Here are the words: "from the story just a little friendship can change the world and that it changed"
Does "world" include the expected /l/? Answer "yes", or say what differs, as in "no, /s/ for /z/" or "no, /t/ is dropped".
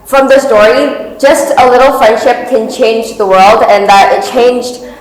yes